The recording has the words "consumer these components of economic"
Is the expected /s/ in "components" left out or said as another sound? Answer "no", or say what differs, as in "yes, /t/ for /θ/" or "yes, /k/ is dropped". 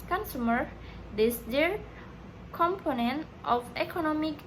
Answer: yes, /s/ is dropped